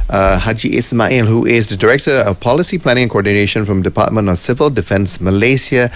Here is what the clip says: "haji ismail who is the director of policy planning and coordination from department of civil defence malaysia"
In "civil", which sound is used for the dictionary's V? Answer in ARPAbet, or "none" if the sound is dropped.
V